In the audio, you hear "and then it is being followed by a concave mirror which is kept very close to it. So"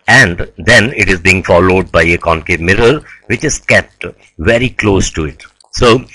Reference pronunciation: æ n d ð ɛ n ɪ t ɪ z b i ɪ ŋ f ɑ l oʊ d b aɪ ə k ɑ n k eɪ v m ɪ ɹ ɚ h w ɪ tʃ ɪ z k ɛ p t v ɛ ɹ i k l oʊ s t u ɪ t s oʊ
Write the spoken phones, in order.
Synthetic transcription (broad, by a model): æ n d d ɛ n ɪ t ɪ z b i ɪ ŋ f ɑ l oʊ d b aɪ ə k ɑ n k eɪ m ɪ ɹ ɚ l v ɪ tʃ ɪ z k ɛ p t v ɛ ɹ i k l oʊ s t u ɪ t s oʊ